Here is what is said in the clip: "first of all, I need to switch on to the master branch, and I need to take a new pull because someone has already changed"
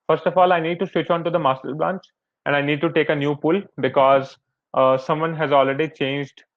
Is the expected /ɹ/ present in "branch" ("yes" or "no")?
no